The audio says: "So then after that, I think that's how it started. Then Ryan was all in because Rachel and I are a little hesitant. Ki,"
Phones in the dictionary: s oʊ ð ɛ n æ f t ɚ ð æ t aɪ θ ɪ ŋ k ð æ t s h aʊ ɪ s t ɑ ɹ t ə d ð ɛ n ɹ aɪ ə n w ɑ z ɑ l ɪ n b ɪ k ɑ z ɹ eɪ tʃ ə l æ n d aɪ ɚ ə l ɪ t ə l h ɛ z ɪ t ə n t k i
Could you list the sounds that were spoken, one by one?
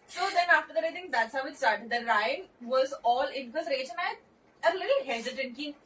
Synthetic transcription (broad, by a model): s oʊ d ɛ n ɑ f t ɚ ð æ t aɪ t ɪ ŋ k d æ t s h aʊ ɪ s t ɑ ɹ t ə d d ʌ ɹ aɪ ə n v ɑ z ɑ l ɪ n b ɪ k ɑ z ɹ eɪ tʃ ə n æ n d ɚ ə l ɪ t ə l h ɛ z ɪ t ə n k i